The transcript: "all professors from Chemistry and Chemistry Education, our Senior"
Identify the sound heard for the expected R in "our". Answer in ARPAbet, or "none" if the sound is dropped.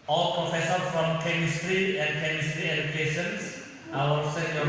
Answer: L